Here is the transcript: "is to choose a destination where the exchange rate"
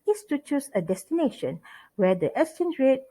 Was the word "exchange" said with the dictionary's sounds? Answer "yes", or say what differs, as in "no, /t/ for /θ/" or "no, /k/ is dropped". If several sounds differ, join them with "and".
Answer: no, /k/ is dropped